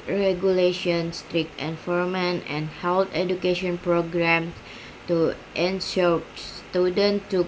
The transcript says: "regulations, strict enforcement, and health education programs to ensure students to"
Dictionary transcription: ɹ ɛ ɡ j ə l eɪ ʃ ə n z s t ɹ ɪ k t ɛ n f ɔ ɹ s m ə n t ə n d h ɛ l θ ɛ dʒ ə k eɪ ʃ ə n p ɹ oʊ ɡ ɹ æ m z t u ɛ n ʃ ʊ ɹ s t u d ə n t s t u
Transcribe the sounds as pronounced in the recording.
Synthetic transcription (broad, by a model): ɹ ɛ ɡ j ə l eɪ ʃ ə n s t ɹ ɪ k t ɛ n f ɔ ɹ m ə n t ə n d h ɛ l t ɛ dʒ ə k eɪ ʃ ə n p ɹ oʊ ɡ ɹ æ m s t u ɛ n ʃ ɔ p s t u d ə n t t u